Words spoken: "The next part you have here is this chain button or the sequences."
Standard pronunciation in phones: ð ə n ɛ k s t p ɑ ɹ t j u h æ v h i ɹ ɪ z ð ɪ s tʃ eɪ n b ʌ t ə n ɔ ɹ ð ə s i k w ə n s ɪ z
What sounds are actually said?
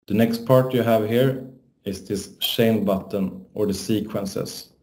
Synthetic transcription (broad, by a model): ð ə n ɛ k s t p ɑ ɹ t j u h æ v h i ɹ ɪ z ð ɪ s ʃ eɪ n b ʌ t ə n ɔ ɹ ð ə s i k w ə n s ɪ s